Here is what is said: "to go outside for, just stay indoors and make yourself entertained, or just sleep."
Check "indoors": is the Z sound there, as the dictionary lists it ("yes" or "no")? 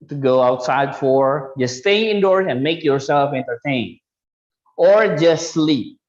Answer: no